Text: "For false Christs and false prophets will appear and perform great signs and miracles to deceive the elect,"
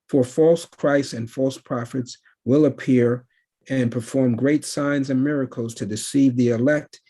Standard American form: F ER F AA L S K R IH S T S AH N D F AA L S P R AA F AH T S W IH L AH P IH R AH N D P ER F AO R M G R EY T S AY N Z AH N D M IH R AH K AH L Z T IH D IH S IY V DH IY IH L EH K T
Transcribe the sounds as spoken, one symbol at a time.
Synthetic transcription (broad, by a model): F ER F AA L S K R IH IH S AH N F AA L S P R AA F AH T S W IH L AH P IH R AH N P ER F AO R M G R EY T S AY N Z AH N M IH R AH K L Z T IH D IH S IY V DH IY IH L EH K T